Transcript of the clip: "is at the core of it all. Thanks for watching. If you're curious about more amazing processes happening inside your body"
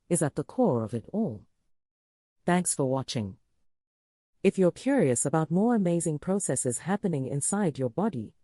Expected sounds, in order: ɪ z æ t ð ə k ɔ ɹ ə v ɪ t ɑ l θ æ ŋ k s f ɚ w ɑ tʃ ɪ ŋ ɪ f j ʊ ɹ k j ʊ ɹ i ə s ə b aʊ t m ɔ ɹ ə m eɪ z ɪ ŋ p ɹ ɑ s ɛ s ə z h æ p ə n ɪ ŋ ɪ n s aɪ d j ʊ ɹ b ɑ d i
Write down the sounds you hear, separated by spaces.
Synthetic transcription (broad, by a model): ɪ z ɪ t ð ə k ɔ ɹ ə v ɪ t ɑ l θ æ ŋ k s f ɚ w ɑ tʃ ɪ ŋ ɪ f j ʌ ɹ k j ʊ ɹ i ə s ə b aʊ t m ɔ ɹ ə m eɪ z ɪ ŋ p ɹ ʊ s ɛ s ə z h æ p ə n ɪ ŋ ɪ n s aɪ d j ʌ ɹ b ɑ d i